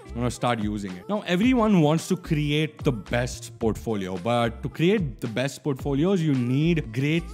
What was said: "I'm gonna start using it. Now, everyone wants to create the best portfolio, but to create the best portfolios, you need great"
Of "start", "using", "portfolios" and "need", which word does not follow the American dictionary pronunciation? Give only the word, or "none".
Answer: none